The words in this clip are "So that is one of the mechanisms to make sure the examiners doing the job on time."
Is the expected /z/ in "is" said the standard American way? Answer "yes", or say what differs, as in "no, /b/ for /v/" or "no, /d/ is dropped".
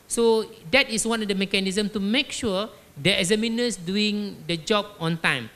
no, /s/ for /z/